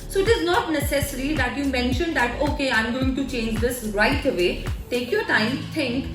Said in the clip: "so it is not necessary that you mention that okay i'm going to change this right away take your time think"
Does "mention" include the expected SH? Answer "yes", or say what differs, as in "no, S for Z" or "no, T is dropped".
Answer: yes